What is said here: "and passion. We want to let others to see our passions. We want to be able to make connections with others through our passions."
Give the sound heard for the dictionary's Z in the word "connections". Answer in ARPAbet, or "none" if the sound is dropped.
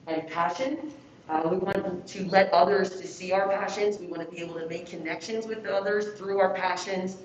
Z